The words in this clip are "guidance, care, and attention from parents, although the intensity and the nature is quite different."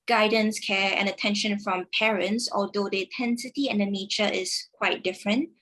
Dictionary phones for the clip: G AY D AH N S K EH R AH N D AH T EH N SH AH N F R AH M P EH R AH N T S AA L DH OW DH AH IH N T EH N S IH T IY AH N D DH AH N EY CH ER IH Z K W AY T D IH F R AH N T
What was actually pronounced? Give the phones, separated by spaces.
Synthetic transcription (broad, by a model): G AY D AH N S K EH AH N AH T EH N SH AH N F R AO M P EH R AH N T S AA L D OW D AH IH N T EH N S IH T IY AH N D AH N EY CH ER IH S K W AY T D IH F R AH N T